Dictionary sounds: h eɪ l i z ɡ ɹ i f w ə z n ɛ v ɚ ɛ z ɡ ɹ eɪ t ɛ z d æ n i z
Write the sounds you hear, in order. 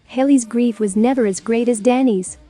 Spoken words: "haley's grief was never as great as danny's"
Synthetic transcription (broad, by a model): h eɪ l i z ɡ ɹ i f w ə z n ɛ v ɚ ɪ z ɡ ɹ eɪ t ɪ z d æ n i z